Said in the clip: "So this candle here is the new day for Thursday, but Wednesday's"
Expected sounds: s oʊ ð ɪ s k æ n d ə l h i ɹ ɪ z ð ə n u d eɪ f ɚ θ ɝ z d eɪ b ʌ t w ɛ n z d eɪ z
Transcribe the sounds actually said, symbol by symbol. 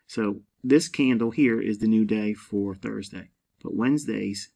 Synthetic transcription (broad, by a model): s oʊ ð ɪ s k æ n d l h i ɹ ɪ z ð ə n u d eɪ f ɚ θ ɝ z d eɪ b ʌ t w ɛ n z d eɪ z